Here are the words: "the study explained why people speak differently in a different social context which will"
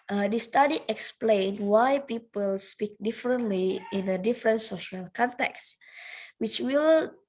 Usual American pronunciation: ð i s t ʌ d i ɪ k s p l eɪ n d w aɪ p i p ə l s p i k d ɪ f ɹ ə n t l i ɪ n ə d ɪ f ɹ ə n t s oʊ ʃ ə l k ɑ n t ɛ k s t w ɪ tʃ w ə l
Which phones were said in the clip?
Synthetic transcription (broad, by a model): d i s t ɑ d i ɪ k s p l eɪ n w aɪ p i p ə l s p i k d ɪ f ɹ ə n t l i ɪ n ə d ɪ f ɹ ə n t s oʊ ʃ ə l k ɑ n t ɛ k s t w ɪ tʃ w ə l